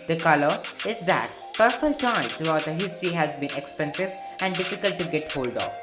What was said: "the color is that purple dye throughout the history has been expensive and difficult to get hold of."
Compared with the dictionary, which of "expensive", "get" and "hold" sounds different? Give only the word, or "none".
none